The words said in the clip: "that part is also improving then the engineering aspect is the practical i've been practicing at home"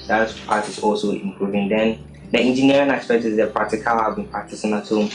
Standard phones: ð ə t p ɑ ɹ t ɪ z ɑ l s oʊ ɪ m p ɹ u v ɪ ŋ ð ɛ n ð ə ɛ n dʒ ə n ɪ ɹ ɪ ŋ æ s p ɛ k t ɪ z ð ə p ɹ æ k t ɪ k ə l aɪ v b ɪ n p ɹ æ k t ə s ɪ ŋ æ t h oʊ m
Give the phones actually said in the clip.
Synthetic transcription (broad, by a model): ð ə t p ɑ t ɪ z ɑ l s oʊ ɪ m p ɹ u v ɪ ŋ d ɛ n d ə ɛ n dʒ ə n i ɹ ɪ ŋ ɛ s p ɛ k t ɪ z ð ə p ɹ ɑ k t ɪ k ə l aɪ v b ɪ n p ɑ t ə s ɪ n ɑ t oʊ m